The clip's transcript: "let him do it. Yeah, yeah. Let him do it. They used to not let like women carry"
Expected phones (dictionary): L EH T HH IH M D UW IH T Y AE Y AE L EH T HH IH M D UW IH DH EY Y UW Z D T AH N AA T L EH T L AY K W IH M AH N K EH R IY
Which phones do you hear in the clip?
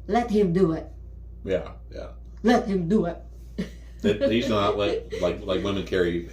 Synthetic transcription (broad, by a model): L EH T HH IH M D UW IH T Y AE Y AE L EH T HH IH M D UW IH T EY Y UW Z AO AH L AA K L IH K L AY K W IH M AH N K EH R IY